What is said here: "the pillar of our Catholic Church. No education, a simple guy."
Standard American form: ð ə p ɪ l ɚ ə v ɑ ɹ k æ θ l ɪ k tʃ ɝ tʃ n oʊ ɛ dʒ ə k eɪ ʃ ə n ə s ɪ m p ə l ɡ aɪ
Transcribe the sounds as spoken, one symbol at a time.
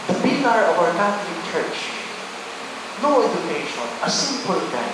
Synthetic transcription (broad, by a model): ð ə b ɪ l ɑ ə v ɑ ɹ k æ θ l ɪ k tʃ ɝ tʃ n oʊ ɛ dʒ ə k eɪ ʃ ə n ə s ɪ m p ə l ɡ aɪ